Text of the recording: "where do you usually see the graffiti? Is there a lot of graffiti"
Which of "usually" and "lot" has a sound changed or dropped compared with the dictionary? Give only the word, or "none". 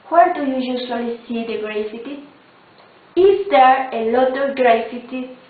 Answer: usually